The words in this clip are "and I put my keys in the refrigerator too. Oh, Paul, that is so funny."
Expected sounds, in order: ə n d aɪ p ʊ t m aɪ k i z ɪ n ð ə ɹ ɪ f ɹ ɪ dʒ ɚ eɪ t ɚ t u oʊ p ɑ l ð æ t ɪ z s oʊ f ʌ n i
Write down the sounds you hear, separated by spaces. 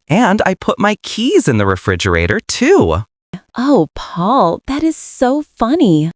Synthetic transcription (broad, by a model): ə n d aɪ p ʊ t m aɪ k i z ɪ n ð ə ɹ ɪ f ɹ ɪ dʒ ɚ eɪ t ɚ t u oʊ p ɑ l ð æ t ɪ z s oʊ f ʌ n i